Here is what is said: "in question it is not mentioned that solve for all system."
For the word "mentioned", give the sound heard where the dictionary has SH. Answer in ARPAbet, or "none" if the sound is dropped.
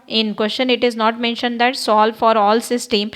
SH